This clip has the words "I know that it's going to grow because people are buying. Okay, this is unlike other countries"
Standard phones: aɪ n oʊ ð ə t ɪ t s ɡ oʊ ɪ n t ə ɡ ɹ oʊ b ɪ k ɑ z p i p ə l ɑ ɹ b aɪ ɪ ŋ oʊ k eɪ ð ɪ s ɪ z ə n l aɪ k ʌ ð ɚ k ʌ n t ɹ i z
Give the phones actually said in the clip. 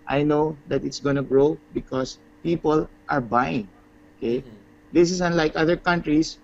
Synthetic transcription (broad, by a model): aɪ n oʊ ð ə t ɪ t s ɡ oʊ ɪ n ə ɡ ɹ oʊ b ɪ k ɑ s p i p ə l ɑ ɹ b aɪ ɪ ŋ oʊ k eɪ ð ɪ s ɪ s ə n l aɪ k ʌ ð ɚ k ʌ n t ɹ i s